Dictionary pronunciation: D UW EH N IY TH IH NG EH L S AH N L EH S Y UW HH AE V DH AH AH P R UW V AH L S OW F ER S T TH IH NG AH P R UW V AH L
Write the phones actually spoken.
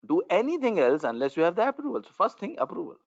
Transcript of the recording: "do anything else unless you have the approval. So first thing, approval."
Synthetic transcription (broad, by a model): D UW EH N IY T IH NG EH L S AH N L EH S Y UW HH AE V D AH AH P R UW V AH L S OW F ER S T T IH NG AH P R UW V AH L